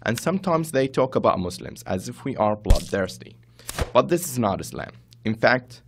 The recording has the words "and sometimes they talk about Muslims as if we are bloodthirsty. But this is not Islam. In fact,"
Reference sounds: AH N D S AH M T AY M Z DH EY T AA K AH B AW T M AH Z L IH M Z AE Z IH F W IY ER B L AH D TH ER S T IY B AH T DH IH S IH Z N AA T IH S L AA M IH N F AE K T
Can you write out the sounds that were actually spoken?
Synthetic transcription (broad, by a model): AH N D S AH M T AY M Z DH EY T AA K AH B AW T M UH S L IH M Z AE Z IH F W IY ER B L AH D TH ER S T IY B AH T DH IH S IH Z N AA T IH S L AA M IH N F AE K T